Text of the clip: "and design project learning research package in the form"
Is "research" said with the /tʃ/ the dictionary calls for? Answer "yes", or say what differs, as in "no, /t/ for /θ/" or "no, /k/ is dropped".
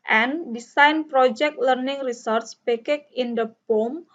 no, /s/ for /tʃ/